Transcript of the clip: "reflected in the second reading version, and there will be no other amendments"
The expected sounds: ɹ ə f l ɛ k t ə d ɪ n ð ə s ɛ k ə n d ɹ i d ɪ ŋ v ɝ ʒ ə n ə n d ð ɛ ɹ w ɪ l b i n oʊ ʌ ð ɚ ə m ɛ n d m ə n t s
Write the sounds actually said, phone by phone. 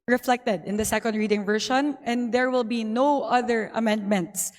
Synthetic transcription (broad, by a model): ɹ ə f l ɛ k t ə d ɪ n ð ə s ɛ k ə n d ɹ i d ɪ ŋ v ɝ ʃ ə n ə n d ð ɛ ɹ w ɪ l b i n oʊ ʌ ð ɚ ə m ɛ n d m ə n t s